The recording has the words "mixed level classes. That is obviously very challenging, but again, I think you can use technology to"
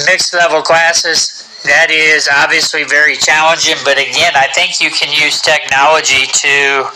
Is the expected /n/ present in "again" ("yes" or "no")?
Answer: yes